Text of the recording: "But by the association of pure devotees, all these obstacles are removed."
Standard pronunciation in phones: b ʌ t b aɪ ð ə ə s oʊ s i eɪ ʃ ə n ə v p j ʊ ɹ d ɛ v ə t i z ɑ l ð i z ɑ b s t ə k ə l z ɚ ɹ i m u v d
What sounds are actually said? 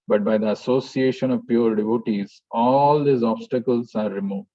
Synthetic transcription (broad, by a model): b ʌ t b aɪ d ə ə s oʊ s i eɪ ʃ ə n ə v p j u ɹ d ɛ v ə t i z ɑ l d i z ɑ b s t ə k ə l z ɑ ɹ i m u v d